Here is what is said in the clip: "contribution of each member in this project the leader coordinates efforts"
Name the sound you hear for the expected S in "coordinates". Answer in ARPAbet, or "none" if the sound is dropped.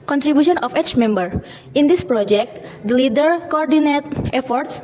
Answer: none